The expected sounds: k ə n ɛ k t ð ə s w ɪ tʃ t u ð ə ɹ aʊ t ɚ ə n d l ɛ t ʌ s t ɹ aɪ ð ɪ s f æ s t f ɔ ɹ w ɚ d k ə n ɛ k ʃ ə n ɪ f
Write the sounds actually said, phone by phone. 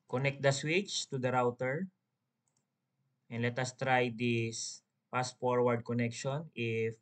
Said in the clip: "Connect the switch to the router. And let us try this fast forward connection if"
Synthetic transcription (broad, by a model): k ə n ɛ k t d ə s w ɪ tʃ t u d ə ɹ aʊ t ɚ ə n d l ɛ t ʌ s t ɹ aɪ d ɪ s p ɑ s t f ɔ ɹ w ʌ d k ə n ɛ k ʃ ə n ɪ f